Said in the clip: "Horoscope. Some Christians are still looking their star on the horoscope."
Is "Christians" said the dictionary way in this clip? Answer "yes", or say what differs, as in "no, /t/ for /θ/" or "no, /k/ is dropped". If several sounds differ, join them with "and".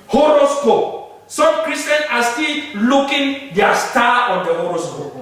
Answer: no, /s/ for /z/